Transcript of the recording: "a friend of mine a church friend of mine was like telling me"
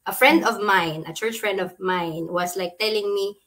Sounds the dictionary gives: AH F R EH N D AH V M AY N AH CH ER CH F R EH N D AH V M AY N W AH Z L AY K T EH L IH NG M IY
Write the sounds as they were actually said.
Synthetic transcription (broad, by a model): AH F R EH N D AH V M AY N AH CH ER CH F R EH N D AH V M AY N W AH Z L AY K T EH L IH NG M IY